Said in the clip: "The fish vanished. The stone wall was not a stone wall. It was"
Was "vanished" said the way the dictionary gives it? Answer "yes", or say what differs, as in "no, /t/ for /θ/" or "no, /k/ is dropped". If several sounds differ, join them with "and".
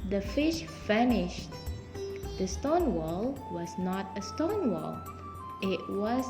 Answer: no, /f/ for /v/